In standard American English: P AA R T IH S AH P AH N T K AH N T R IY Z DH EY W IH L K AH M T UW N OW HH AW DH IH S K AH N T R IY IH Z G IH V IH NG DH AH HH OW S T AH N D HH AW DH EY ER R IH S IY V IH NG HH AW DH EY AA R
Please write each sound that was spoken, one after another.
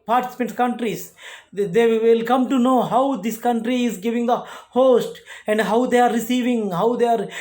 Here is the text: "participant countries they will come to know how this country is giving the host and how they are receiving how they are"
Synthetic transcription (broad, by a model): P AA R T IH S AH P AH N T K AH N T R IY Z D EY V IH L K AH M T UW N OW HH AW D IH S K AH N T R IY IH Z G IH V IH NG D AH HH OW S T AH N D HH AW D EY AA R IH S IY V IH NG HH AW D EY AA R